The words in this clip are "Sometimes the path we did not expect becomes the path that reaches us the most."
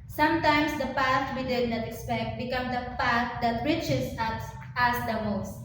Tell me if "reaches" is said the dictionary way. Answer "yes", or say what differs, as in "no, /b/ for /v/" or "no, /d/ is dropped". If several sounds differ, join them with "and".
no, /s/ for /z/